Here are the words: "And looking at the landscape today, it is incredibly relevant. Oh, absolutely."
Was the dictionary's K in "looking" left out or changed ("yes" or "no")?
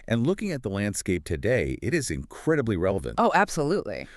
no